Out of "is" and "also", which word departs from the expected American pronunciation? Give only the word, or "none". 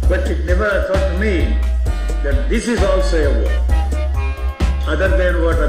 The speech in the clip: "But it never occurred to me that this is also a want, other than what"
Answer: none